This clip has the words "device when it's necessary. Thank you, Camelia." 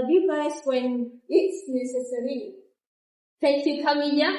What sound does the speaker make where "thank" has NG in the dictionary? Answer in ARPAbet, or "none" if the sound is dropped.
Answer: none